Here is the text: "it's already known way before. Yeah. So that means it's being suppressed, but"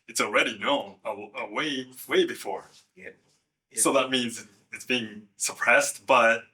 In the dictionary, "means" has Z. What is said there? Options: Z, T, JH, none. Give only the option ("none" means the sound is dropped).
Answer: Z